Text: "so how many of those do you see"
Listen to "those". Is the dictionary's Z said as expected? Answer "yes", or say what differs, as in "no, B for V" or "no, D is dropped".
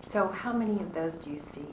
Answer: yes